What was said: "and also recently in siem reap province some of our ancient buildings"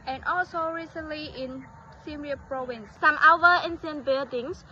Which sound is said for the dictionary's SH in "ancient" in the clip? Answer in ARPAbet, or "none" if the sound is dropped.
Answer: S